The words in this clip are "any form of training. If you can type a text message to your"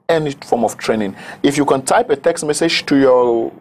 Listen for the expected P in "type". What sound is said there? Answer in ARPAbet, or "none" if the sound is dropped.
P